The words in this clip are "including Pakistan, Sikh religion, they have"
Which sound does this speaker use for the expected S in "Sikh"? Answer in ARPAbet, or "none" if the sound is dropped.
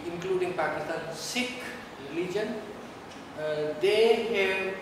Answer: S